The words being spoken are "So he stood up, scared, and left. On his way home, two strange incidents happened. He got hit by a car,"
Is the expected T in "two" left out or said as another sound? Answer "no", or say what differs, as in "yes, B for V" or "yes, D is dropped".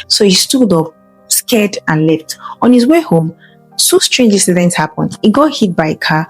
yes, S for T